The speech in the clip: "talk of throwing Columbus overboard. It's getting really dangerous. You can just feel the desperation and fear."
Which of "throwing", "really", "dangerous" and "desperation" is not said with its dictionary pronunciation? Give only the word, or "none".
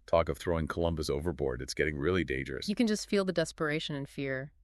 none